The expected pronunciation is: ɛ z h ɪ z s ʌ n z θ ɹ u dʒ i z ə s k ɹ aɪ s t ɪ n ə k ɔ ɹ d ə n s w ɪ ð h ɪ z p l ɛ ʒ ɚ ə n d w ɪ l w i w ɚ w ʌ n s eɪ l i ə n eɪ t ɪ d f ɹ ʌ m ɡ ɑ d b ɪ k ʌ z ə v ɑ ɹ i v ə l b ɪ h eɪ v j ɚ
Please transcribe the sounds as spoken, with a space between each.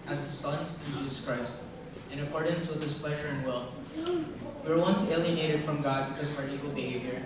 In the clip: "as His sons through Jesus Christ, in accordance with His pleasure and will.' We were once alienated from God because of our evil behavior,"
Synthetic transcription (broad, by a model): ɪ z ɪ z s ʌ n z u dʒ i z ə s k ɹ aɪ s t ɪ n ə k ɔ ɹ d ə n s w ɪ ð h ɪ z p l ɛ ʒ ɚ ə n w ɪ l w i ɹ w ʌ n s eɪ l i ə n eɪ t ɪ d f ɹ ʌ m ɡ ɑ d b ɪ k ʌ z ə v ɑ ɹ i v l b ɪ h eɪ v j ɚ